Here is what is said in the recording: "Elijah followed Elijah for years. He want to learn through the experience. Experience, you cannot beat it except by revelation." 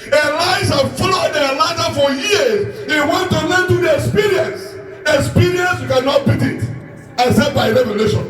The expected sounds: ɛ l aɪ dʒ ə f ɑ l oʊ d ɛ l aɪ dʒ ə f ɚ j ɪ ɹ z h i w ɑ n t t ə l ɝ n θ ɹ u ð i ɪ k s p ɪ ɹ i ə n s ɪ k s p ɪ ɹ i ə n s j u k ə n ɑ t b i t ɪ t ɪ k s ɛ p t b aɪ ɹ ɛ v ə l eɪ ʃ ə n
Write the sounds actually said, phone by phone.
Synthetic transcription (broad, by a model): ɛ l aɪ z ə f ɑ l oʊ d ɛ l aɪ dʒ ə f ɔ j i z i w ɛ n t t ə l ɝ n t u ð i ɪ k s p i ɹ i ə n s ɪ k s p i ɹ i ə n s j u k ə n ɑ t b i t ɪ t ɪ s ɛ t b aɪ ɹ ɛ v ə l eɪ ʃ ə n